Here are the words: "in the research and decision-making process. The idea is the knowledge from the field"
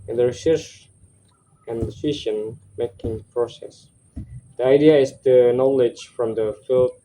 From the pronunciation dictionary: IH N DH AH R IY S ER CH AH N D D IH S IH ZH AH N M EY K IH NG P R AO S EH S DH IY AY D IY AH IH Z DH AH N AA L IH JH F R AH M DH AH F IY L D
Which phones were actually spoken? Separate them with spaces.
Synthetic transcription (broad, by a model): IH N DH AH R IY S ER S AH N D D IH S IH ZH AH N M EY K IH NG P R AO S EH S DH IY AY D IY AH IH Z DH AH N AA L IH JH F R AH M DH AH F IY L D